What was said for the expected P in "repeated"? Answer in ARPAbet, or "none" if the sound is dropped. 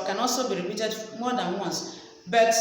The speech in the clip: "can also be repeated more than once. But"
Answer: B